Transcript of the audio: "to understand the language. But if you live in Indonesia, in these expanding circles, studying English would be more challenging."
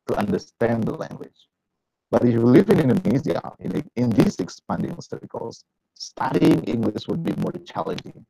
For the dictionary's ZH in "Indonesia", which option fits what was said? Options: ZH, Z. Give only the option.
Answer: Z